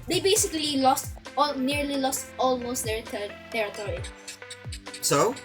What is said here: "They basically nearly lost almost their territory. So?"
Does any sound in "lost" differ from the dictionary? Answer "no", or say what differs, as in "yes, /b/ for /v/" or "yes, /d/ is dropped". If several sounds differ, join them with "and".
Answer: no